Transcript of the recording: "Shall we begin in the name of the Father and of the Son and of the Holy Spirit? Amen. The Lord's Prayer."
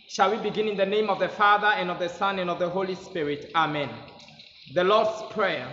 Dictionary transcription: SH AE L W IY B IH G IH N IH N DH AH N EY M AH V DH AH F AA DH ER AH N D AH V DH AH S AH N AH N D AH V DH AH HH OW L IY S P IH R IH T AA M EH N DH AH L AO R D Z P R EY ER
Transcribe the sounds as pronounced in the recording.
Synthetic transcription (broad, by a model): SH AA L W IY B IH G IH N IH N DH AH N EY M AH V DH AH F AA DH ER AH N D AH V DH AH S AH N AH N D AH V DH AH HH OW L IY S P IH R IH T AA M EH N DH AH L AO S P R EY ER